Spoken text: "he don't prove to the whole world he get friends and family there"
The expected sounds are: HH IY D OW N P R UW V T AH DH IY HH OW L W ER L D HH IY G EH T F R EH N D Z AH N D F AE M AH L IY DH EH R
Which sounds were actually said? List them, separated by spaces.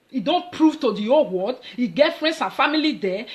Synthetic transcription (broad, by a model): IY D OW N P R UW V T AH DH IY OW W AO D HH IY G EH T F R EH N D S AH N F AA M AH L IY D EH